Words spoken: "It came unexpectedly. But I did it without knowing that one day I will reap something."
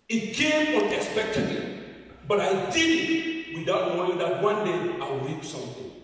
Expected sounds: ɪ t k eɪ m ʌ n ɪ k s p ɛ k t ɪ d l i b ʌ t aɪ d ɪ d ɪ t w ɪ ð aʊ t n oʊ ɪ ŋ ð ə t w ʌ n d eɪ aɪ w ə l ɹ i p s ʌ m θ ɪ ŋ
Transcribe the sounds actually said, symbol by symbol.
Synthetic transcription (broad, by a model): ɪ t k eɪ m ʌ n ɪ k s p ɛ k t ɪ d i b ʌ t aɪ d ɪ d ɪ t w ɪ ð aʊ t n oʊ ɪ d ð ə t w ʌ n d eɪ aɪ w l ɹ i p s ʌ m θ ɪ